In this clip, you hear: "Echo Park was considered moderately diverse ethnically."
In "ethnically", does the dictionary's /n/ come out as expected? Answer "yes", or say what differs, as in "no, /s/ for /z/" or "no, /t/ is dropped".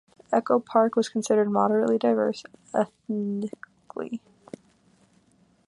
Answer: no, /n/ is dropped